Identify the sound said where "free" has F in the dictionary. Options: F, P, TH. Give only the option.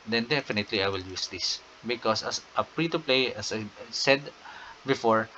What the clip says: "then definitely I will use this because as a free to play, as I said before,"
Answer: P